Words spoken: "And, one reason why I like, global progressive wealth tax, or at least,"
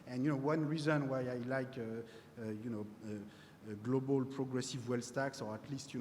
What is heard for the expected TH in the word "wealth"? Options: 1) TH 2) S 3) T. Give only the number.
2